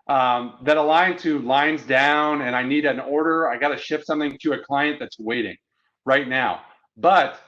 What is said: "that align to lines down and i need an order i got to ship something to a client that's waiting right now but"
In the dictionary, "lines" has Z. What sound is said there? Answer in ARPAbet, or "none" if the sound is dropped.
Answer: Z